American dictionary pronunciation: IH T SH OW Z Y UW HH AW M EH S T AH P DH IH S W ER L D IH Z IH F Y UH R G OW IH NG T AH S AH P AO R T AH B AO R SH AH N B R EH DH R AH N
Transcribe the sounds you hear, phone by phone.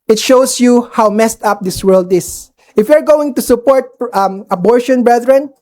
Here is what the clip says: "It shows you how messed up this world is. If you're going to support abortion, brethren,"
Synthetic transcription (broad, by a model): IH T SH OW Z Y UW HH AW M EH S T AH P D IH S W ER L D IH S IH F Y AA R G OW IH NG T AH S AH P AO R T AH B AO R SH AH N B R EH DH R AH N